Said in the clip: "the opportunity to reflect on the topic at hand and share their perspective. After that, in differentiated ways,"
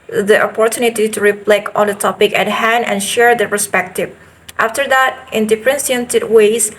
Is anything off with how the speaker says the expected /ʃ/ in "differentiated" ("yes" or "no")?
yes